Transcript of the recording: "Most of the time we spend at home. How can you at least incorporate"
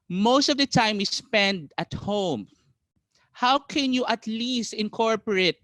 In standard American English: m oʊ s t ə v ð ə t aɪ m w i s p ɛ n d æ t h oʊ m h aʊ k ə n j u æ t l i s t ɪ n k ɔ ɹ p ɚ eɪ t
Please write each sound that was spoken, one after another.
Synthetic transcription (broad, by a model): m oʊ s t ə v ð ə t aɪ m w i s p ɛ n d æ t h oʊ m h aʊ k ə n j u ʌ t l i s t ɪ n k ɔ ɹ p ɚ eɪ t